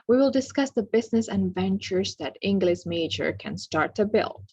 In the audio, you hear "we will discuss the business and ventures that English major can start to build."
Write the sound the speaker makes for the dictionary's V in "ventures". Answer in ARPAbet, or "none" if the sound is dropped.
V